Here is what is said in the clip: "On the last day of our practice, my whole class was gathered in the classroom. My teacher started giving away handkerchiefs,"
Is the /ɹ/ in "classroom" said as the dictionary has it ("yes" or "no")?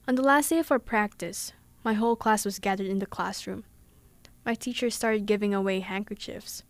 yes